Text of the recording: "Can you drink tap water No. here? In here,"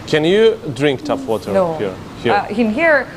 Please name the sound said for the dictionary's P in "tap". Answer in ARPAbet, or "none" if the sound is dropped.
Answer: F